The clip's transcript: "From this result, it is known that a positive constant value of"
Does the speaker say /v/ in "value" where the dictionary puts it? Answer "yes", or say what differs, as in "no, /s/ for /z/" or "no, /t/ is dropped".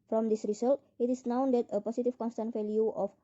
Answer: no, /f/ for /v/